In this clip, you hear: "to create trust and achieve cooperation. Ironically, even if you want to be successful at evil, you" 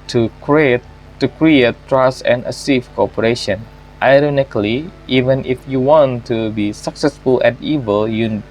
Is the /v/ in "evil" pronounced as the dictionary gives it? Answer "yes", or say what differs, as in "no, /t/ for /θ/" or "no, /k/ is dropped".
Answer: yes